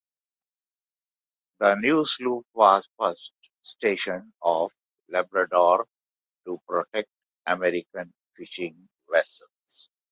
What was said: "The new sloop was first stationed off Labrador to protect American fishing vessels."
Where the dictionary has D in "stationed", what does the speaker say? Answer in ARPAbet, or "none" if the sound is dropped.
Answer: none